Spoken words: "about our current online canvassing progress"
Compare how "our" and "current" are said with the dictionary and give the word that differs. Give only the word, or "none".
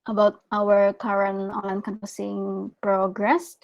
current